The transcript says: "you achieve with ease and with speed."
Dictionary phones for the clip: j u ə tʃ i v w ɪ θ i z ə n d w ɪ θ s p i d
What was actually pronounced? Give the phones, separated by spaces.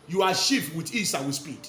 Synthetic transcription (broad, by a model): j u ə ʃ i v w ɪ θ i s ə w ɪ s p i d